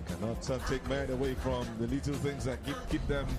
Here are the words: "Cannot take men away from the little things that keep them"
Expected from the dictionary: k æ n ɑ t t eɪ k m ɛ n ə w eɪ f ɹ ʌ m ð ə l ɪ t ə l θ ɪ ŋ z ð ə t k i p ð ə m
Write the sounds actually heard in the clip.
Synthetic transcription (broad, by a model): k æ n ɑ t t eɪ k m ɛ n ə w eɪ f ɹ ʌ m ð ə l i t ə l θ ɪ ŋ z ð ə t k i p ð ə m